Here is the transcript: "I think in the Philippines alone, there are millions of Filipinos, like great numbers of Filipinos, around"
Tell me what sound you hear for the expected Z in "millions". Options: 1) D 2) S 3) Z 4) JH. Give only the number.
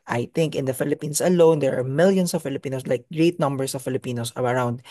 2